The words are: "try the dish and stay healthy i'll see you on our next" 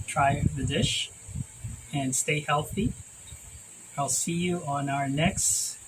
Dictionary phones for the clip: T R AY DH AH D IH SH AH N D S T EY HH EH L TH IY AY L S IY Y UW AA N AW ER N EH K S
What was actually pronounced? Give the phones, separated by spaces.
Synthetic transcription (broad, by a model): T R AY DH AH D IH SH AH N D S T EY HH EH L TH IY AY L S IY Y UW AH N AW ER N EH K S